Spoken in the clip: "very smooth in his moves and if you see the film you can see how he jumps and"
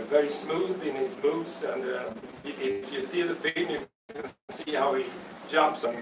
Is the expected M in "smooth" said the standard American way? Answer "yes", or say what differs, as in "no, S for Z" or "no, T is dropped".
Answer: yes